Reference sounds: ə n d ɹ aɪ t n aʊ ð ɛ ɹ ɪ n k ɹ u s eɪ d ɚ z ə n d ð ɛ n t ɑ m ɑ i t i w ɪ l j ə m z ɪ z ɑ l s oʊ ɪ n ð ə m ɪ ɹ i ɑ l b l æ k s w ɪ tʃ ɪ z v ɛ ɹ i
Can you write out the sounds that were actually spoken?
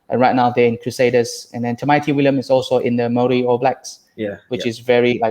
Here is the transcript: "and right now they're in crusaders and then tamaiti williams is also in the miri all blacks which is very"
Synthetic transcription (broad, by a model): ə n ɹ aɪ t n aʊ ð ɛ ɪ n k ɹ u s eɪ d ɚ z ə n d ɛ n t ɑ m ɑ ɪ t i w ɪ l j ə m ɪ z ɑ l s oʊ ɪ n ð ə m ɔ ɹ i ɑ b l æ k s w ɪ tʃ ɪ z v ɛ ɹ i